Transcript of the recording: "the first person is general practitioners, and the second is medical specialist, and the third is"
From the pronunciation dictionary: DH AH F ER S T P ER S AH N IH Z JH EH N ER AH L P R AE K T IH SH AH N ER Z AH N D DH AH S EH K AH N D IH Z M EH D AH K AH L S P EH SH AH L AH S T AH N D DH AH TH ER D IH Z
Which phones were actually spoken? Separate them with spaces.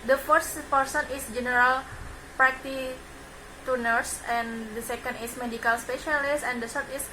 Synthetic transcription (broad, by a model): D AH F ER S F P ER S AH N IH S JH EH N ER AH L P R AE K T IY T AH N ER S AH N D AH S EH K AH N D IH S M EH D AH K AH L S P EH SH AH L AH S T AH N D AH S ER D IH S